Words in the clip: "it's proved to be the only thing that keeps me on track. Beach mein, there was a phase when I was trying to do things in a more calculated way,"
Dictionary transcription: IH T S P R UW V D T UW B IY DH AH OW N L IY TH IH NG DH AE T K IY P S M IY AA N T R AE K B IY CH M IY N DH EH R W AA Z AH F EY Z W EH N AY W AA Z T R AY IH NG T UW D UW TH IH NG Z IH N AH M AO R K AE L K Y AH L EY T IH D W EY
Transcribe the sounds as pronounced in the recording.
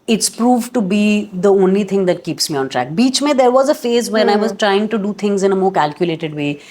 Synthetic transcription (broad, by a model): IH T S P R UW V T UW B IY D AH OW N L IY T IH NG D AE T K IY P S M IY AA N T R AE K B IY CH M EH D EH R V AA Z AH F EY Z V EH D AY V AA Z T R AY IH NG T UW D UW T IH NG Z IH N AH M AO R K AE L K Y AH L EY T IH D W EY